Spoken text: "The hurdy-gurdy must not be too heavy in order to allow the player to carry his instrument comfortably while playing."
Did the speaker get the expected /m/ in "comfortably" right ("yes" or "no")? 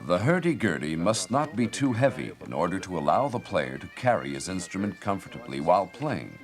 yes